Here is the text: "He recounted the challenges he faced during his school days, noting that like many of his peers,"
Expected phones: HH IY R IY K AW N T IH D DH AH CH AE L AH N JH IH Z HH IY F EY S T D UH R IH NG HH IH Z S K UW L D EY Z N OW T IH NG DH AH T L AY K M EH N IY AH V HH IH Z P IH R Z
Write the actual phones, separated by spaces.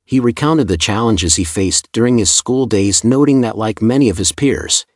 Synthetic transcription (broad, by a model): HH IY R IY K AW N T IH D DH AH CH AE L AH N JH IH Z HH IY F EY S D UH R IH NG IH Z S K UW L D EY Z N OW T IH NG DH AH T L AY K M EH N IY AH V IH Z P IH R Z